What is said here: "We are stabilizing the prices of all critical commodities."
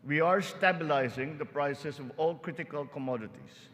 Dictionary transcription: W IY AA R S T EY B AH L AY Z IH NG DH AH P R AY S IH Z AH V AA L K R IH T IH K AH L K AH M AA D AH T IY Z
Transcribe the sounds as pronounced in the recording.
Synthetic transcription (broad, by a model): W IY AA R S T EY B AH L AY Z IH NG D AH P R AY S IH S AH V AA L K R IH T IH K AH L K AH M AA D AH T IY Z